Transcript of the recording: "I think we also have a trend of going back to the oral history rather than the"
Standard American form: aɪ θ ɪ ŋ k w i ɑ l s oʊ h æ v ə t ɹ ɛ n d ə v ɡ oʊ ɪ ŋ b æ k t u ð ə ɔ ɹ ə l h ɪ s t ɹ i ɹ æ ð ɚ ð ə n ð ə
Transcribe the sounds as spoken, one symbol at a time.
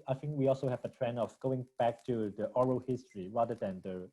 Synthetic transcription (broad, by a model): aɪ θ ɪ ŋ k w i ɑ l s oʊ h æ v ə t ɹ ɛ n ə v ɡ oʊ ɪ ŋ b æ k t u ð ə ɔ ɹ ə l h ɪ s t ɹ i ɹ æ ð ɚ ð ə n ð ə